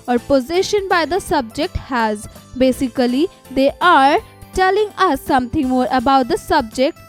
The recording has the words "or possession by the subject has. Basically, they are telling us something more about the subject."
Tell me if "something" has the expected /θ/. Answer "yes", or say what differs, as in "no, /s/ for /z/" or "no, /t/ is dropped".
no, /t/ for /θ/